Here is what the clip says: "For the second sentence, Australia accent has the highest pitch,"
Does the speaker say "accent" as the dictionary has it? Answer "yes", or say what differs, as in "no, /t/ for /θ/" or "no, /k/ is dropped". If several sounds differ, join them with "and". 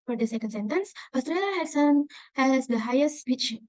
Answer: no, /k/ is dropped